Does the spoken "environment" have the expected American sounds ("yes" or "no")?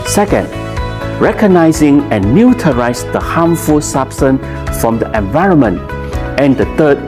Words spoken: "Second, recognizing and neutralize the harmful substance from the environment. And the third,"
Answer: yes